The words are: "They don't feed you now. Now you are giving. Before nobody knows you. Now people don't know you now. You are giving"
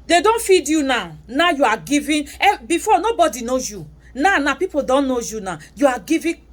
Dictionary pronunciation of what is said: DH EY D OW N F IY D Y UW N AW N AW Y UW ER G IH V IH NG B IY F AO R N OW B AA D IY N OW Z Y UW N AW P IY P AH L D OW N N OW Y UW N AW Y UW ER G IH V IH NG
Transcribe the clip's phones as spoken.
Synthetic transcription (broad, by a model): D EY D OW N F IY D Y UW N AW N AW Y UW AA G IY V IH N B IY F AO N OW B AA D IY N OW Y UW N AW P IY P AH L D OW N N OW Y UW N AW Y UW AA G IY V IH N